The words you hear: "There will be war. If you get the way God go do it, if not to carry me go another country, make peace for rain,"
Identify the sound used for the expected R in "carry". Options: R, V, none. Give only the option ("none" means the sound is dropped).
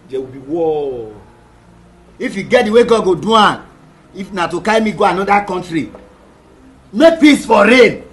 none